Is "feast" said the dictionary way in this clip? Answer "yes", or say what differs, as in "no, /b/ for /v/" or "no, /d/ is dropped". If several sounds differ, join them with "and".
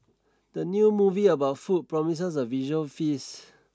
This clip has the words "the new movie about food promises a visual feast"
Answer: no, /t/ is dropped